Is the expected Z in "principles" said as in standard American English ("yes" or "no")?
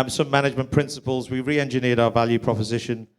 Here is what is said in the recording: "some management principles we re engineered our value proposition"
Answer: yes